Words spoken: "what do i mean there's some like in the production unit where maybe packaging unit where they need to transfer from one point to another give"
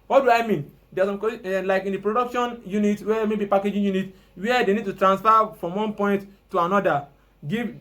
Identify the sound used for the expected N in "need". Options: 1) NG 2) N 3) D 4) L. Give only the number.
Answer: 2